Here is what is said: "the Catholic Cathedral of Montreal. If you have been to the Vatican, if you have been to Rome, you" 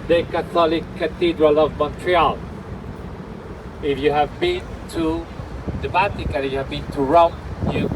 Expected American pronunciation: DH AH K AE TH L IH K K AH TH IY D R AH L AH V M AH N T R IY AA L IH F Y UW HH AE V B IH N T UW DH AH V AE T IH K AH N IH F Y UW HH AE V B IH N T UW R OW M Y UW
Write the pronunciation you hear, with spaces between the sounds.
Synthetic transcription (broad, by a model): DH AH K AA T L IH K K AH T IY D R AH L AH V M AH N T R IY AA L IH F Y UW HH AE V B IH N T UW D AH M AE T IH K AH L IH Y UW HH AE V B IH N T UW R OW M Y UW